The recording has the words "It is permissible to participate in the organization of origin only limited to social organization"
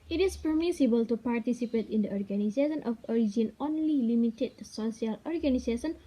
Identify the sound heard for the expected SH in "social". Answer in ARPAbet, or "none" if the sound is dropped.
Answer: none